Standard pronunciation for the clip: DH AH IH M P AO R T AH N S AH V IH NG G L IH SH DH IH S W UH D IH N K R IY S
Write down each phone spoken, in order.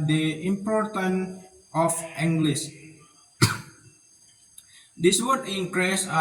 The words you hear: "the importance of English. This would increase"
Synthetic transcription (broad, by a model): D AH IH M P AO R T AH N AH F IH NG G L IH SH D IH S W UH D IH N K R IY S